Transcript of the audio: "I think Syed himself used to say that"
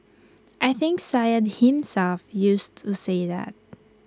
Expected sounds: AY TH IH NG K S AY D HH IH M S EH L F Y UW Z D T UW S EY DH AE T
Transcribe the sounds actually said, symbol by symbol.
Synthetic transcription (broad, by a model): AY TH IH NG K S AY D HH IH M S EH L F Y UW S T UW S EY DH AE T